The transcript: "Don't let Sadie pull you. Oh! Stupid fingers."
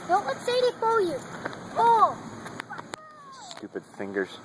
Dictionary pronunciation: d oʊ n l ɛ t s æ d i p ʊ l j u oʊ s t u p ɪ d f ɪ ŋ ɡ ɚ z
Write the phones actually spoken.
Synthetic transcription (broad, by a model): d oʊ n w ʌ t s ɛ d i f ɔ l j u oʊ s t u p ɪ d f ɪ ŋ ɡ ɚ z